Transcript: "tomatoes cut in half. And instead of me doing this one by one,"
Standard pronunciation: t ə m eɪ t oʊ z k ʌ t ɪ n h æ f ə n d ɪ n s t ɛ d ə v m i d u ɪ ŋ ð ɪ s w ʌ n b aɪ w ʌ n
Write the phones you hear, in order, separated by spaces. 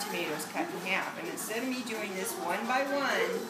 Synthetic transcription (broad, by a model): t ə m eɪ t oʊ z k ʌ t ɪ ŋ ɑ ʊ p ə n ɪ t s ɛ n m i d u ɪ ŋ ð ɪ s w ʌ n b aɪ w ʌ n